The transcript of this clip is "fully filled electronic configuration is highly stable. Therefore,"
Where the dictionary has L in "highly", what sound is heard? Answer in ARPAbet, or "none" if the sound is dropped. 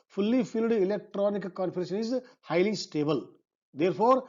L